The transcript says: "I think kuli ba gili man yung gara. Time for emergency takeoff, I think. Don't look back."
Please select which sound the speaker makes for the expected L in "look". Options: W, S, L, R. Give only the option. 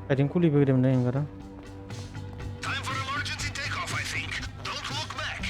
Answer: W